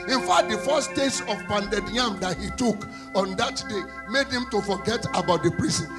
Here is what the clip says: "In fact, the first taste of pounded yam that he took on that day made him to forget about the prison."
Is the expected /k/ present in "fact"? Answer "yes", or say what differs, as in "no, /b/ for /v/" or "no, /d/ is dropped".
no, /k/ is dropped